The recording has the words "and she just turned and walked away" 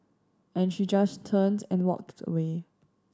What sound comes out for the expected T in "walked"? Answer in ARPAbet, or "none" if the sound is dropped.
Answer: T